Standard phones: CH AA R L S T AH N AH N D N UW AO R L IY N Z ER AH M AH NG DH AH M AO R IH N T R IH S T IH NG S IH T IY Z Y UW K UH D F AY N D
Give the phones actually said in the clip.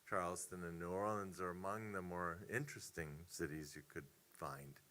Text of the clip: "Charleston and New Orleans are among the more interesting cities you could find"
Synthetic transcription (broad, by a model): CH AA R L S T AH N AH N N UW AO L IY N Z ER AH M AH NG DH AH M AO R IH N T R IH S T IH NG S IH T IY Z Y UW K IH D F AY N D